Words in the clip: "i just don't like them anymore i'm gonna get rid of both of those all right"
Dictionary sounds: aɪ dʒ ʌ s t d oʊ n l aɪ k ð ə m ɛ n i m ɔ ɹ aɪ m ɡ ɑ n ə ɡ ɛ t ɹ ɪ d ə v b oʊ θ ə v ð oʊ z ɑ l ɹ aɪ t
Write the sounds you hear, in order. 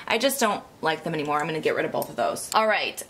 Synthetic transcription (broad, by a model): aɪ dʒ ʌ s d oʊ n l aɪ k ð ə m ɛ n i m ɔ ɹ aɪ m ɡ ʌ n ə ɡ ɛ t ɹ ɪ d ə v b oʊ θ ə v ð oʊ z ɑ l ɹ aɪ t